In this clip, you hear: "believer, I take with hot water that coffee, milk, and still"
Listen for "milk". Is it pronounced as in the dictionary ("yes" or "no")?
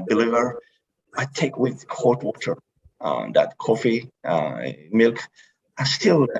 yes